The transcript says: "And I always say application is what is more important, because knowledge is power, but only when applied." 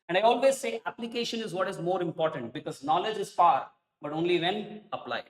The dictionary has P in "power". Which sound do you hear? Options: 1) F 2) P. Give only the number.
1